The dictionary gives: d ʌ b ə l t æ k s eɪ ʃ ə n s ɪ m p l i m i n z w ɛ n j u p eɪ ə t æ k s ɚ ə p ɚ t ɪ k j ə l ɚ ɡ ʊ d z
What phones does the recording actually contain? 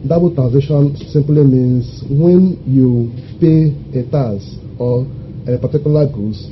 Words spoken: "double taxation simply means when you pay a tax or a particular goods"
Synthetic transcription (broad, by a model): d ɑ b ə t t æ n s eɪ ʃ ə n s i m p l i m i n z w ɛ n j u p eɪ ə t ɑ s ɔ ə p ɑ t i k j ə l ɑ ɡ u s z